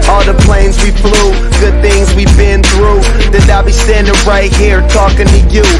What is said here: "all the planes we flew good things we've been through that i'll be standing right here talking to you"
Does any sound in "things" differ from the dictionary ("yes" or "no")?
no